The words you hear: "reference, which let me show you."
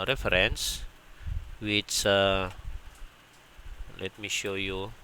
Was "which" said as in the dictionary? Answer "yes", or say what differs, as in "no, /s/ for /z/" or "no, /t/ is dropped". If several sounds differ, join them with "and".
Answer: no, /s/ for /tʃ/